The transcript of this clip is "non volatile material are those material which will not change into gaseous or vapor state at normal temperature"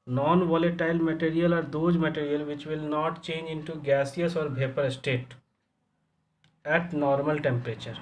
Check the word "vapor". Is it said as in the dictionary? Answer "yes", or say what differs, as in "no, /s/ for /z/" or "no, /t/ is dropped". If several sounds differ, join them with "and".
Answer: no, /b/ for /v/